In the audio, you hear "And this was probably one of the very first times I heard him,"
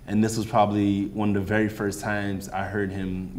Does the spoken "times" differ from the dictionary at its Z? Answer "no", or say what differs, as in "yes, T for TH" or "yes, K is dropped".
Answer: no